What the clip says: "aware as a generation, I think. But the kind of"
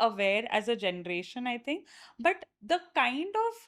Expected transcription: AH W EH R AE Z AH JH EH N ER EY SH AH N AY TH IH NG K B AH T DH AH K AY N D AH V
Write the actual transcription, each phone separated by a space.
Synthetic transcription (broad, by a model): AH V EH R AE Z AH JH EH N ER EY SH AH N AY T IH NG K B AH T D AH K AY N D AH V